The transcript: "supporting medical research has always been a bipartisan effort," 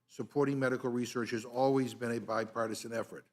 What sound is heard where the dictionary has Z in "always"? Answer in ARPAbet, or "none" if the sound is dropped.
Z